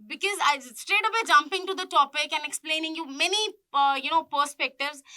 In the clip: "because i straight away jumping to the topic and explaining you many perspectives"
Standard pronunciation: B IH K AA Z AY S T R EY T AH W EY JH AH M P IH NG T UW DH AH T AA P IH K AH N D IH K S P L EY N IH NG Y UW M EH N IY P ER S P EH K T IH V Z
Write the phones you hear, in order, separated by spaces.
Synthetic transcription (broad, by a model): B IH K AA Z AY S T R EY T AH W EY JH AH M P IH NG T UW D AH T AA P IH K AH N IH K S P L EY N IH NG Y UW M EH N IY P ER S P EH K T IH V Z